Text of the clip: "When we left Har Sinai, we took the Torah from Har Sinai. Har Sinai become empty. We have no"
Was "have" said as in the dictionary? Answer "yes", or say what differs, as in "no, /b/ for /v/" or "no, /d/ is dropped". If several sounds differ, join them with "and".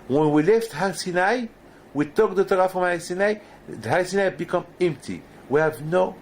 yes